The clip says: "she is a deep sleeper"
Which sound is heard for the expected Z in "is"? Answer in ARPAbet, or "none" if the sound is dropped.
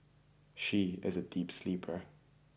Z